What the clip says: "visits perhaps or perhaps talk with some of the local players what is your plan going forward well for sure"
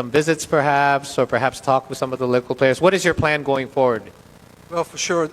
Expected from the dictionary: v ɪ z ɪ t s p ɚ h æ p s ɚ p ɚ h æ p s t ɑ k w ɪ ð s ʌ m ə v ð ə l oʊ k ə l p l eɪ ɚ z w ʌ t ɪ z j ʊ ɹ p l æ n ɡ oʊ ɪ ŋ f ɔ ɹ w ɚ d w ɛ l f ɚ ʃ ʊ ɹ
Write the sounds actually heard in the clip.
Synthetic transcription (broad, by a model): v ɪ z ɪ t s p ɚ h æ p s ɚ p ɚ h æ p s t ɑ k w ɪ ð s ʌ m ə v ð ə l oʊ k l p l eɪ ɚ z w ʌ t ɪ z j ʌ ɹ p l æ n ɡ oʊ ɪ ŋ f ɔ ɹ w ɚ d w ɛ l f ɚ ʃ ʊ ɹ